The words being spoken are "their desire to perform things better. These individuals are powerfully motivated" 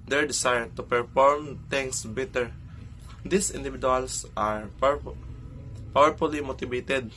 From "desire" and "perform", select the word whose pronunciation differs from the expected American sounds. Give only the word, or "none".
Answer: desire